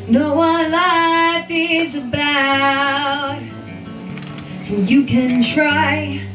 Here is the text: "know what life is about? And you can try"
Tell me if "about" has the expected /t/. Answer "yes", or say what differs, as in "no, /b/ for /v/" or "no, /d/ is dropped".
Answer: no, /t/ is dropped